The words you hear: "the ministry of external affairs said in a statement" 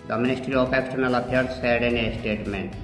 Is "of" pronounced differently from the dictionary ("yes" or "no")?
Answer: yes